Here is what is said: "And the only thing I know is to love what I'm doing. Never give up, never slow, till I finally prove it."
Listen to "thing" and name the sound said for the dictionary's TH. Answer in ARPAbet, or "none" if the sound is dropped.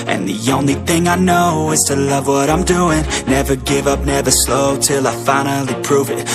TH